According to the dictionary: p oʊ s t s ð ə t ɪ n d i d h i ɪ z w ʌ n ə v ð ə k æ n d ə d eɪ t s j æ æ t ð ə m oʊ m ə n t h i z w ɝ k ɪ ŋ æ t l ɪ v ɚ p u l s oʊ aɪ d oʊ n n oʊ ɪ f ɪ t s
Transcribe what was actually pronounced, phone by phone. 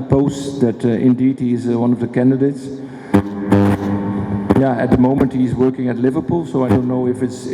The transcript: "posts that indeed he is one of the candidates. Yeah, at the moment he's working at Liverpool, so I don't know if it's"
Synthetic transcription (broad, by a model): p oʊ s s ð ə t ɪ n d i d h i ɪ z w ʌ n ə v ð ə k æ n d ə d eɪ t s j æ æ t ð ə m oʊ m ə n t h i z w ɝ k ɪ ŋ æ t l ɪ v ɚ p u l s oʊ aɪ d oʊ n n oʊ ɪ f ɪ t s